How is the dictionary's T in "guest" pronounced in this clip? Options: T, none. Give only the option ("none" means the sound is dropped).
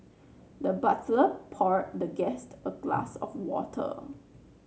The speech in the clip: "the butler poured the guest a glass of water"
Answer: T